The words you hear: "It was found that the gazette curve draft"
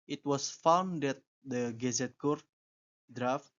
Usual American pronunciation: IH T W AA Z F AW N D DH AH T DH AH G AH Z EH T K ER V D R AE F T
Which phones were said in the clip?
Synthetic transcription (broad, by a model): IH T W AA S F AW N D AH T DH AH G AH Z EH T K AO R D R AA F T